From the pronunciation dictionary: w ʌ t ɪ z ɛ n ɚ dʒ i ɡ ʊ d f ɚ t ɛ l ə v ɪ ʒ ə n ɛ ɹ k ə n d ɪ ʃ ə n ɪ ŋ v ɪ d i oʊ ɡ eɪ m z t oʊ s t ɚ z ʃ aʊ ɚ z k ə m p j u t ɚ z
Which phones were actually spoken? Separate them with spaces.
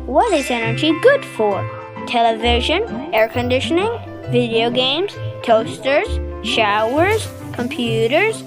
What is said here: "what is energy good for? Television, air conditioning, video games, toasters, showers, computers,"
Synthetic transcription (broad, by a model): w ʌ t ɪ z ɛ n ɚ dʒ i ɡ ʊ d f ɚ t ɛ l ə v ɪ ʒ ə n ɛ ɹ k ə n d ɪ ʃ ə n ɪ ŋ v ɪ d i oʊ ɡ eɪ m z t oʊ s t ɚ z ʃ aʊ ɚ z k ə m p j u t ɚ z